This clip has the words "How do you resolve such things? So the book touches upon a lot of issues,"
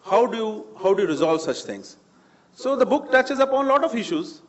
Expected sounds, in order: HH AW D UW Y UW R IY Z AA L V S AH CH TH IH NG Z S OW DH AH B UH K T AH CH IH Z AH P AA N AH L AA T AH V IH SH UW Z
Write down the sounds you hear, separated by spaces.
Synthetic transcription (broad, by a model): HH AW D UW Y UW R IY Z AA L V S AH CH T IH NG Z S OW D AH B UH K T AH CH IH Z AH P AA N L AA T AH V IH SH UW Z